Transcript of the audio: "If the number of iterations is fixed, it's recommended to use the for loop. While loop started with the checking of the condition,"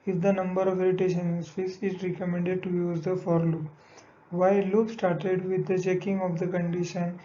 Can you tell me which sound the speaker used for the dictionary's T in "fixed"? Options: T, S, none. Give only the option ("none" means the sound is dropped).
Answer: none